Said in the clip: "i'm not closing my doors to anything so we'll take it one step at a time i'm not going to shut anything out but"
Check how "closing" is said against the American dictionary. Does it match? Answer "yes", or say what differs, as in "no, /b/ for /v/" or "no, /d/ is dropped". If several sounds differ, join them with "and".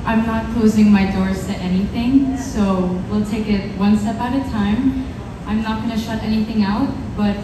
yes